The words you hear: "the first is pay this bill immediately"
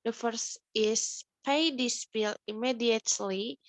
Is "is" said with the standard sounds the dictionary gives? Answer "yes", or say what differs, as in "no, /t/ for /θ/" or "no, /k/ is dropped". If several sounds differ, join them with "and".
no, /s/ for /z/